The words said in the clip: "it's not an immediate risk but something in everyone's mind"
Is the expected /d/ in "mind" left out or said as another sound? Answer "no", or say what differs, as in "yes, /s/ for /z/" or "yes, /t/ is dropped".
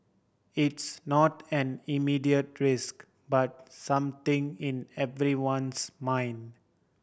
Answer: no